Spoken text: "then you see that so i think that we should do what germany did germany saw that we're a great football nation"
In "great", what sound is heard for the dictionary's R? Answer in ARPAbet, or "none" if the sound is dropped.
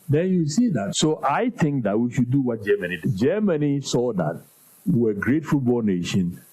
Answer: R